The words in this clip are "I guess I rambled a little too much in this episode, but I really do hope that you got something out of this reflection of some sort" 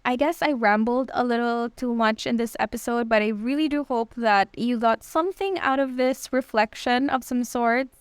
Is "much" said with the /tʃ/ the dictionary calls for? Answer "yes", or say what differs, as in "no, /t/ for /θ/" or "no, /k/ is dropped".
yes